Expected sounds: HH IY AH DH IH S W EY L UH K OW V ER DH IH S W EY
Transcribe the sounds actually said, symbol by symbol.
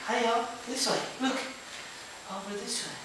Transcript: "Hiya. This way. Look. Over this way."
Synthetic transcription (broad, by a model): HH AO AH DH IH S W EY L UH K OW W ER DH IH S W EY